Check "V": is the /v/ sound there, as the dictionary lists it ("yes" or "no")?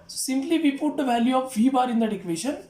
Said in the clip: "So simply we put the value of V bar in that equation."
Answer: yes